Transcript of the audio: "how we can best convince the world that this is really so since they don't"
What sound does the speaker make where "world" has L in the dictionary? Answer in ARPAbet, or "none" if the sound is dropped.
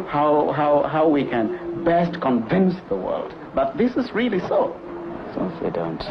L